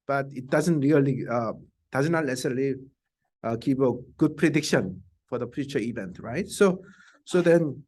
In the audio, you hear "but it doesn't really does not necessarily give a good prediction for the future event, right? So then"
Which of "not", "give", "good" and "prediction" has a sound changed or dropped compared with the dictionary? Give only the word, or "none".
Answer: give